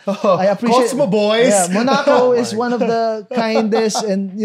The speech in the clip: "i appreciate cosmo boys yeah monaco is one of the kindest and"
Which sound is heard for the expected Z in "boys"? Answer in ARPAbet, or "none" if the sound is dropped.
none